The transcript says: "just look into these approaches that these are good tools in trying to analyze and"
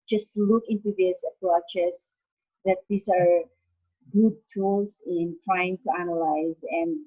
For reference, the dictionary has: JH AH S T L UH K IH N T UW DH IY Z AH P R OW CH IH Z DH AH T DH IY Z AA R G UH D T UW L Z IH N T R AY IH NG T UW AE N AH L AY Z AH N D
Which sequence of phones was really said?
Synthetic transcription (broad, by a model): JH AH S T L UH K IH N T UW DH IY S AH P R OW CH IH S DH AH T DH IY S AA R G UH D T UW L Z IH N T R AY IH NG T UW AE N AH L AY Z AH N D